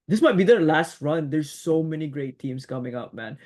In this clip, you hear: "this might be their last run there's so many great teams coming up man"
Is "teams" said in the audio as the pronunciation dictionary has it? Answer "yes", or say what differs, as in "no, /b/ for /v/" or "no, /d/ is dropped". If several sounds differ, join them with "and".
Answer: no, /s/ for /z/